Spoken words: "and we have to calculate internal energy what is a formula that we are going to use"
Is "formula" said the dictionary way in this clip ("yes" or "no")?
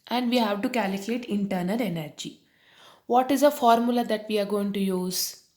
yes